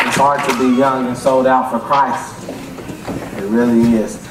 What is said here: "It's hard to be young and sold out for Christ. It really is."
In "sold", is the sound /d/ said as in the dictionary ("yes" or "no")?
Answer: yes